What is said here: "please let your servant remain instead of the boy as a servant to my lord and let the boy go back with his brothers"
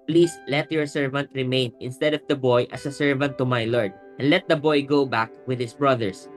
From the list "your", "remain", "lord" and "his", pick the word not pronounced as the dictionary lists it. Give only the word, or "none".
his